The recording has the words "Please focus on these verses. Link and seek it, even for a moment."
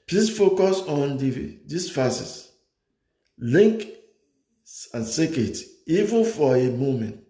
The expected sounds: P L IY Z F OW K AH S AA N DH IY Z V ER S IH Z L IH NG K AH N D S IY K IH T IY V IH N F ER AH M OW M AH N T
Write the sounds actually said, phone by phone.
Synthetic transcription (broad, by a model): P L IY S F OW K AH S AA N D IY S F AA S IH S L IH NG K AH N S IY K IH T IY V IH N F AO AH M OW M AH N T